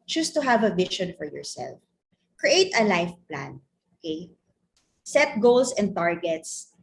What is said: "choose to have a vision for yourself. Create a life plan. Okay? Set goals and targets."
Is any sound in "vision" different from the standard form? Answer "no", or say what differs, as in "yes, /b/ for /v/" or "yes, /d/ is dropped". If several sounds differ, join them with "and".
yes, /ʃ/ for /ʒ/